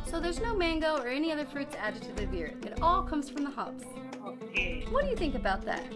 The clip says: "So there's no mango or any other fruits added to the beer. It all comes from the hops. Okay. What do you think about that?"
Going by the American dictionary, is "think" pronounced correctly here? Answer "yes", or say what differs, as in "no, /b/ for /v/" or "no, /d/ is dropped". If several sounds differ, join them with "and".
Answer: yes